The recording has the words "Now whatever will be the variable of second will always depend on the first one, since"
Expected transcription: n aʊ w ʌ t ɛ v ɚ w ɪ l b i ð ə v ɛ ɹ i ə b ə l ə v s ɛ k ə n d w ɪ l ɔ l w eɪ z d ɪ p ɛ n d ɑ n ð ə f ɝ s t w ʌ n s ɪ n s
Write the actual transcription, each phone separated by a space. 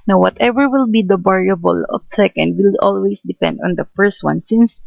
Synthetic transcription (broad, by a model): n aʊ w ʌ t ɛ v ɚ w ɪ l b i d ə b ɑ ɹ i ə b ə l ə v s ɛ k ə n d w ɪ l ɔ l w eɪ s d ɪ p ɛ n d ɑ n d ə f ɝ s t w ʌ n s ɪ n s